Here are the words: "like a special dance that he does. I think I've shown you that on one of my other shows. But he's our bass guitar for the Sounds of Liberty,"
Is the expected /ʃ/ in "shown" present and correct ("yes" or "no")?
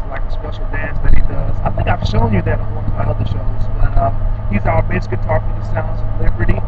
yes